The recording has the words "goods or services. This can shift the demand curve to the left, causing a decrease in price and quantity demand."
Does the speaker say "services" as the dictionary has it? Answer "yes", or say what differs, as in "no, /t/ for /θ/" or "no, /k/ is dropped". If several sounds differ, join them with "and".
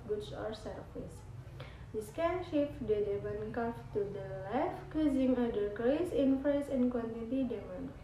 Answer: no, /f/ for /v/